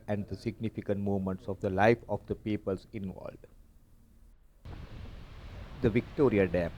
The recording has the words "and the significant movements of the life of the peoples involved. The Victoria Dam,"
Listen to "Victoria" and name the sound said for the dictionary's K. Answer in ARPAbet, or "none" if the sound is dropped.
K